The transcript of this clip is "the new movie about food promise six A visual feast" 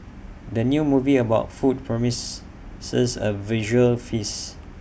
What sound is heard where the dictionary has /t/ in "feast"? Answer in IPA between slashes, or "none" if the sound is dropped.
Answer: none